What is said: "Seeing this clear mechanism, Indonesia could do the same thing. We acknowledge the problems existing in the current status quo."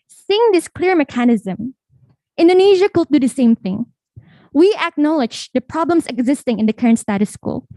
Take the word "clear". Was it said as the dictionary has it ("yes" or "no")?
yes